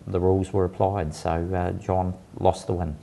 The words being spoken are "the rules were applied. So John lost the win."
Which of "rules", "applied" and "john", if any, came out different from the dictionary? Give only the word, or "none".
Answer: none